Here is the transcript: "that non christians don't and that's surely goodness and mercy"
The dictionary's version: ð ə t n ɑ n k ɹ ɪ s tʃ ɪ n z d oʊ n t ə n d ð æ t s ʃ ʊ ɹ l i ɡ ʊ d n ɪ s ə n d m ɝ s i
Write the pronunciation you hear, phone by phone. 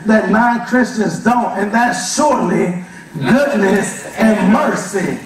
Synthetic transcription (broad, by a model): ð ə t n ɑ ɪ k ɹ ɪ s tʃ ɪ n z d oʊ n t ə n ð æ t s ʃ ʊ ɹ l i ɡ ʊ d n ɪ s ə n m ɝ s i